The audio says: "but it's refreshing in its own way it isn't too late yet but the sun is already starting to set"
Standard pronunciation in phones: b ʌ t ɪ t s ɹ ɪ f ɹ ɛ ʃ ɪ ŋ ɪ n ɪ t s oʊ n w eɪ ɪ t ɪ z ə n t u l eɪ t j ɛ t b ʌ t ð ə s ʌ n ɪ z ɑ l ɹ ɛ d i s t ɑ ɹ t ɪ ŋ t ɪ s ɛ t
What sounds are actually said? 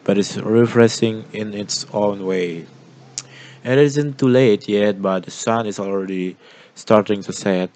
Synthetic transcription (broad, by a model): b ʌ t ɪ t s ɹ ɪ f ɹ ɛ s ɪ ŋ ɪ n ɪ t s oʊ n w eɪ ɪ t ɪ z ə n t u l eɪ t j ɛ t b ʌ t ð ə s ʌ n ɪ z ɑ l ɹ ɛ d i s t ɑ ɹ t ɪ ŋ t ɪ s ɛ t